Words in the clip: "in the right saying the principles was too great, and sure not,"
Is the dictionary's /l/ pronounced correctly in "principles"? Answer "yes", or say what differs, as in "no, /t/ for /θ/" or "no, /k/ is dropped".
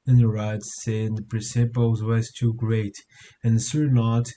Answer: no, /w/ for /l/